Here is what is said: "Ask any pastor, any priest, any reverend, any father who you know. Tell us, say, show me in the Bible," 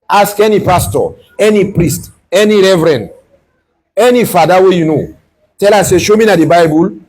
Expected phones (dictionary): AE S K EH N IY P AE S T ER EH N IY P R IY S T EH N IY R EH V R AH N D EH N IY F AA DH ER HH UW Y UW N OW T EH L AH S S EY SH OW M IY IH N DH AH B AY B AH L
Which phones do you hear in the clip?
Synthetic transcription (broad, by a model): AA S K EH N IY P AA S T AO EH N IY P R IY S T EH N IY R EH V R AH N D EH N IY F AA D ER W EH Y UW N OW T EH L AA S S EY SH OW M IY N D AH B AY B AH L